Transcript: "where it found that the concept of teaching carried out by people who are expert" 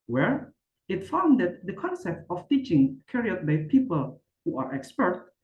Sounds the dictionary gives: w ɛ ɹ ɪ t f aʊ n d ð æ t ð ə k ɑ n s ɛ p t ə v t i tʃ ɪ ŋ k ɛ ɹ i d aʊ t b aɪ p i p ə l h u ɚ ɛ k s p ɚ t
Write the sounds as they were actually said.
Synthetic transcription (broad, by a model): w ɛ ɹ ɪ t f aʊ n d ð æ t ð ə k ɑ n s ɛ p t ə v t i tʃ ɪ ŋ k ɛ ɹ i ʌ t b aɪ p i p ə l h u ɚ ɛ k s p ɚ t